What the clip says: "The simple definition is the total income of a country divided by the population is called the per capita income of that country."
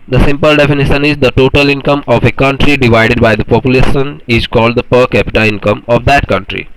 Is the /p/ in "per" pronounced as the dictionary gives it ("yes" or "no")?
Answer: yes